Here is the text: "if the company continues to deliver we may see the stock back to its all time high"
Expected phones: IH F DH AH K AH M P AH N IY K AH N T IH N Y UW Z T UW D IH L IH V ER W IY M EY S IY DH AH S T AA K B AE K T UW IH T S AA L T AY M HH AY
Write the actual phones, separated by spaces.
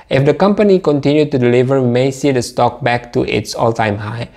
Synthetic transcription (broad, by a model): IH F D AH K AH M P AH N IY K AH N T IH N Y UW T UW D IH L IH V ER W IY M EY S IY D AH S T AA K B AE K T UW IH T S AA L T AY M HH AY